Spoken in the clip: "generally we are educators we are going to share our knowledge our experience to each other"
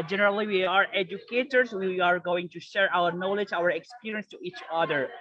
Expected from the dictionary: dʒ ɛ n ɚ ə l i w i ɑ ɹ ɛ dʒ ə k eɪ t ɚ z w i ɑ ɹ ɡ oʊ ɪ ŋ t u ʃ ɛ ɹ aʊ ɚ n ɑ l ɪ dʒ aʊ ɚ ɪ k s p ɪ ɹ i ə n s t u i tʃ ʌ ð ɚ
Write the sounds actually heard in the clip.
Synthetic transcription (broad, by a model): dʒ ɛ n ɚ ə l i w i ɑ ɹ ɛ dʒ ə k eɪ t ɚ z w i ɑ ɹ ɡ oʊ ɪ ŋ t u ʃ ɛ ɹ aʊ ɚ n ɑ l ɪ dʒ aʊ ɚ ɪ k s p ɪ ɹ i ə n s t u i tʃ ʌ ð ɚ